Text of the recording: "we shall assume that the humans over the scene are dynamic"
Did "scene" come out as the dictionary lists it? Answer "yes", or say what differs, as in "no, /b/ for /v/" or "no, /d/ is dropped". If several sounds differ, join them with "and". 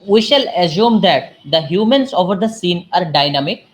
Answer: yes